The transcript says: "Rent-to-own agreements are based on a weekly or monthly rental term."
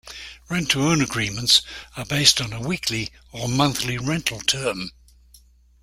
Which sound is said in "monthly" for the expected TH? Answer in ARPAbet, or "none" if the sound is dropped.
TH